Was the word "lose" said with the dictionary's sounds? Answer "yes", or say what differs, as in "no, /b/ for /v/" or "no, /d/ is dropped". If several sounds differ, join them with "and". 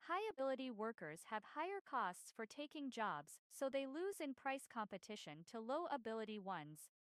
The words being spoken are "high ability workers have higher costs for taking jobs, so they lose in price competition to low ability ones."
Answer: yes